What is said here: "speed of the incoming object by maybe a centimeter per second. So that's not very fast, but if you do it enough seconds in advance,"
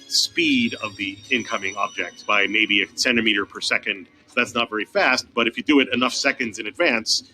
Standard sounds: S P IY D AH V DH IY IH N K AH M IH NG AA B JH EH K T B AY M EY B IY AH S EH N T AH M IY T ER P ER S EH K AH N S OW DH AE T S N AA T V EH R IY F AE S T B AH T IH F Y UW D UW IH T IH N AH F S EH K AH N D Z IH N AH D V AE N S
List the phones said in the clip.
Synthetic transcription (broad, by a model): S P IY D AH V DH IY IH N K AH M IH NG AA B JH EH K T B AY M EY B IY AH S EH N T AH M IY T ER P ER S EH K AH N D DH AE T S N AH T V EH R IY F AE S T B AH T IH F Y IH D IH IH T IH N AH F S EH K AH N D Z IH N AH D V AE N S